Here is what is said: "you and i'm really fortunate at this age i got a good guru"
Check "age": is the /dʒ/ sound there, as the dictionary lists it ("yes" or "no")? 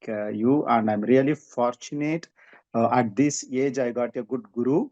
yes